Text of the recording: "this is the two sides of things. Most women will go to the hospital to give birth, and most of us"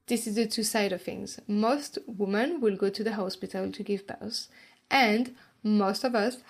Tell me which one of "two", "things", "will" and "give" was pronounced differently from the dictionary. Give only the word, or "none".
none